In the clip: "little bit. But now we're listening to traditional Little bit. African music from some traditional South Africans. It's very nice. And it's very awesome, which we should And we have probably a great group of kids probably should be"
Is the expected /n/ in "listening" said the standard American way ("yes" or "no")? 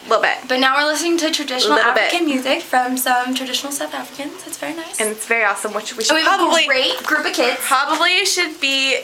yes